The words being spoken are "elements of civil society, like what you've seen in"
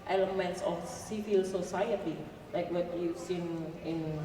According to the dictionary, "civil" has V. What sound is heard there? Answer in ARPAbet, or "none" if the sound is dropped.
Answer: F